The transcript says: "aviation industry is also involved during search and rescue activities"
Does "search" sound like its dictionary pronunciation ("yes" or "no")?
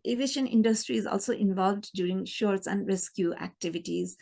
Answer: no